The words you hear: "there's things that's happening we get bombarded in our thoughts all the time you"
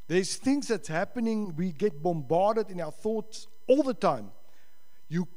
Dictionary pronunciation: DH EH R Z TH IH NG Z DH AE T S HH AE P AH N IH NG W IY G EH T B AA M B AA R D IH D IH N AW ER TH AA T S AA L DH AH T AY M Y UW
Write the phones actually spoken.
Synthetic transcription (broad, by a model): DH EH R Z TH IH NG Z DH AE T S HH AE P AH N IH NG W IY G EH T B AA M B AA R D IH D IH N AW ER TH AA T S AA L DH AH T AY M Y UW